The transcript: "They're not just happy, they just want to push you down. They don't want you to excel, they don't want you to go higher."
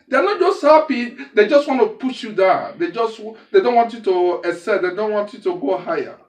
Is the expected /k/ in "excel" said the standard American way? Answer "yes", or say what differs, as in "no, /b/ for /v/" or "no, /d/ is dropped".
no, /k/ is dropped